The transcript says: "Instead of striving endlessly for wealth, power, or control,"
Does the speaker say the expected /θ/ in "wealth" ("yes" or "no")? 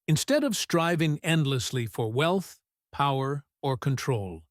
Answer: yes